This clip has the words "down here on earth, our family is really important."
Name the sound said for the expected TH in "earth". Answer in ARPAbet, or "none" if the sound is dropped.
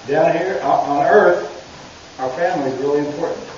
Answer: TH